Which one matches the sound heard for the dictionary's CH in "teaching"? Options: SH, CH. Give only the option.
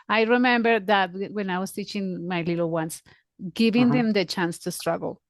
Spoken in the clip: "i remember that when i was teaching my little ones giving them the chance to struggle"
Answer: CH